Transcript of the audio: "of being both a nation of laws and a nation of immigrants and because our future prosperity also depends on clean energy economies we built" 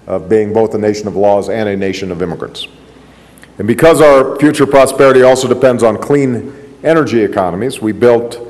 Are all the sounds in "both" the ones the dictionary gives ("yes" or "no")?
yes